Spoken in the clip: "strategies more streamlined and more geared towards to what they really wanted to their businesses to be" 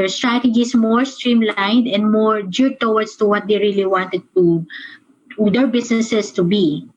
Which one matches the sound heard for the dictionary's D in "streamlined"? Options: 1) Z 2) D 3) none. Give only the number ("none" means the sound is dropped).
2